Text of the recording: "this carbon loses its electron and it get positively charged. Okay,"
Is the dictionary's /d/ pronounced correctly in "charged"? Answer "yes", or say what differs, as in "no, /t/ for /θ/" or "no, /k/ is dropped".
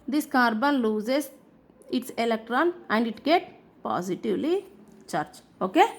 no, /d/ is dropped